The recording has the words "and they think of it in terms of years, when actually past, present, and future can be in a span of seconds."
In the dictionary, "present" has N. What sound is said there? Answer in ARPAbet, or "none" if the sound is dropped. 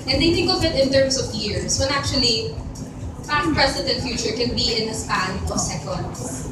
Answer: none